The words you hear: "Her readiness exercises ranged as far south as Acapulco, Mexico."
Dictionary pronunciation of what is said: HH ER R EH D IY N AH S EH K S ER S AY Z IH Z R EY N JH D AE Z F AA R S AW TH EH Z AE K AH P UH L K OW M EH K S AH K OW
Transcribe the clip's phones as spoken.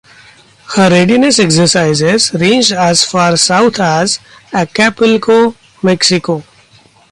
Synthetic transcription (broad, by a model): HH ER R EH D IY N AH S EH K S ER S AY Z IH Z R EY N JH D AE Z F AA R S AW T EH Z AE K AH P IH L K OW M EH K S AH K OW